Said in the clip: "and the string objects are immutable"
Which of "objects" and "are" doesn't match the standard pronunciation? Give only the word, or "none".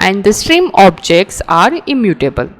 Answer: none